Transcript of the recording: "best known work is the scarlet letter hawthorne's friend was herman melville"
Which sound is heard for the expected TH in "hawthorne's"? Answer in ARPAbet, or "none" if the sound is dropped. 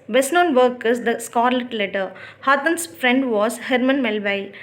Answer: T